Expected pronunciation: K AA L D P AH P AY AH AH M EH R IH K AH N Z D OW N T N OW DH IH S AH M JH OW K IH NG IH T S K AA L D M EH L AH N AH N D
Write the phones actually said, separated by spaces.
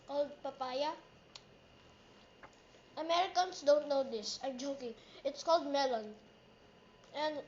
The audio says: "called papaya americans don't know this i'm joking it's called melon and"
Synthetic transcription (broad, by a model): K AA L D P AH P AY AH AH M EH R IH K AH N S D OW N T N OW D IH S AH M JH OW K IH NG IH T S K AA L D M EH L AH N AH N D